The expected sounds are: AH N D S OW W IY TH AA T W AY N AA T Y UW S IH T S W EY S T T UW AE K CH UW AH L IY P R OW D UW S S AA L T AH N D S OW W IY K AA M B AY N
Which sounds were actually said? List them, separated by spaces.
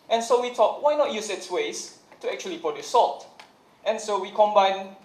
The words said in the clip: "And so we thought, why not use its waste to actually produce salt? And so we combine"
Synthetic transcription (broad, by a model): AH N S OW W IY T AA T W AY N AA T Y UW S IH T S W EY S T T UW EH K CH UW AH L IY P OW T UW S S AA L T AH N S OW W IY K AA M B AY N